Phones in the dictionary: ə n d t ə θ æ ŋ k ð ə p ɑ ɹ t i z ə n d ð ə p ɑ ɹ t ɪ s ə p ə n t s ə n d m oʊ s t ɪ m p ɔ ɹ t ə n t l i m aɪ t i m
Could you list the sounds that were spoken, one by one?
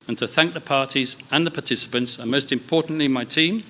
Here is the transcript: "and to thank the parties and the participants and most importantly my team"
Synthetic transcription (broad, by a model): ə n t ə θ æ ŋ k ð ə p ɑ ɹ t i z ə n ð ə p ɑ t ɪ s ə p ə n t s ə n m oʊ s t ɪ m p ɔ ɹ t n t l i m aɪ t i m